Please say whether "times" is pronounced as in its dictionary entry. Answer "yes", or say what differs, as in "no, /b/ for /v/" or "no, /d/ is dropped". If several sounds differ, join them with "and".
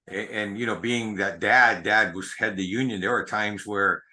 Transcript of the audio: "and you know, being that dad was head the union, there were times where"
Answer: yes